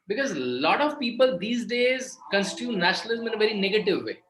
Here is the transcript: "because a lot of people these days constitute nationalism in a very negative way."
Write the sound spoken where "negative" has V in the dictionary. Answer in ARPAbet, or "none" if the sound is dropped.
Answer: V